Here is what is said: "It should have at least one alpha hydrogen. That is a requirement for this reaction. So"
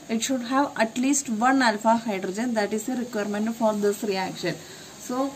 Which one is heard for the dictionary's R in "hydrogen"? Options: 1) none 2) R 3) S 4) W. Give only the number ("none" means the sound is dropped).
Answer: 2